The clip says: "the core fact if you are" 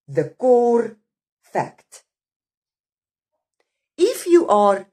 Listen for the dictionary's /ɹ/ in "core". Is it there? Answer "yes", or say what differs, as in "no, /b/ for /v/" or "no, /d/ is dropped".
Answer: yes